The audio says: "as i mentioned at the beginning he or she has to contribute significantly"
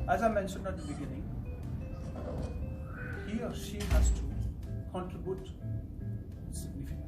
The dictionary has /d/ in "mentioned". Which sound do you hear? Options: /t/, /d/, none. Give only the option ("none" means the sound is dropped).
/d/